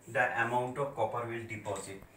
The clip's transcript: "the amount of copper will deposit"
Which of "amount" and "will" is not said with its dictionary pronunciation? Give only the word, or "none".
none